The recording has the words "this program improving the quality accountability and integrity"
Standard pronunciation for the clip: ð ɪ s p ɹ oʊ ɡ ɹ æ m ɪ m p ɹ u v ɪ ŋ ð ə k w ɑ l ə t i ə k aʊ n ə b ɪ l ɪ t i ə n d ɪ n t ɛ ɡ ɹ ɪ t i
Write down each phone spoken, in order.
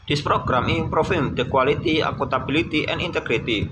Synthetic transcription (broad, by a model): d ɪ s p ɹ oʊ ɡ ɹ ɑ m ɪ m p ɹ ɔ f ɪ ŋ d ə k w ɑ l ə t i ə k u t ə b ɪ l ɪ t i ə n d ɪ n t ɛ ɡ ɹ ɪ t i